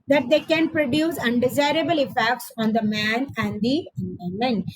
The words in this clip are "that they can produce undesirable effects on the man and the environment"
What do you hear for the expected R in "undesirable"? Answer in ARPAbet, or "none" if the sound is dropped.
R